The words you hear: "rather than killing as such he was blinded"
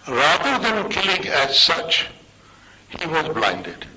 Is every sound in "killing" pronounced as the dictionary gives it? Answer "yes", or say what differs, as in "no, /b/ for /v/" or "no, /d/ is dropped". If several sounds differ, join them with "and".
yes